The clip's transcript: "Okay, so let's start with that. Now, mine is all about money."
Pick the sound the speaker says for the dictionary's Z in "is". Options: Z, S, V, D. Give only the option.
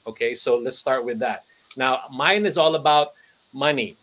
Z